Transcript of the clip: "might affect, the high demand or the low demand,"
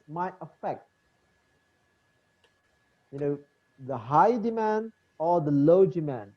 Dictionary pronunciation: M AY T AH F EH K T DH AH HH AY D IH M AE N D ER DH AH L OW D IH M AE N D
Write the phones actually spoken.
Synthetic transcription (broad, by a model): M AY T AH F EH K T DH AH HH AY D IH M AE N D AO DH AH L OW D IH M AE N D